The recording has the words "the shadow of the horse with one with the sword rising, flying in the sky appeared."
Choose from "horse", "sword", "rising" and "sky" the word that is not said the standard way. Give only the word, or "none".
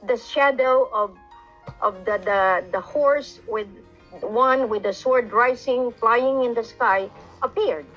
rising